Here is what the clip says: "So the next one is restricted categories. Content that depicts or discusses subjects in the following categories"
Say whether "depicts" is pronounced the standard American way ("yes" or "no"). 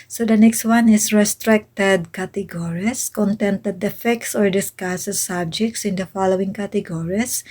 no